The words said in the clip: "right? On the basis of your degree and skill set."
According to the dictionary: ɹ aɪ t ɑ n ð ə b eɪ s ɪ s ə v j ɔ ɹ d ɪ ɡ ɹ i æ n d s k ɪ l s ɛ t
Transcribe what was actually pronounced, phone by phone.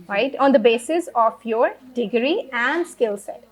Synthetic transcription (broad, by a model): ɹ aɪ t ɑ n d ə b eɪ s ɪ s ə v j ɔ ɹ d ɪ ɡ ɹ i æ n d s k ɪ l s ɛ t